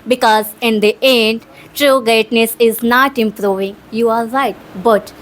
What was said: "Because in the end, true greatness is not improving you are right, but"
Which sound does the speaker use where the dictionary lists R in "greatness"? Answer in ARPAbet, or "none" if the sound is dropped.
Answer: none